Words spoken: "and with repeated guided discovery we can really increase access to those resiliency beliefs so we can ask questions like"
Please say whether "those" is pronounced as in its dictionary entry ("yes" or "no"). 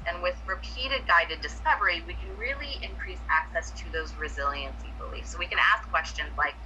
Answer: yes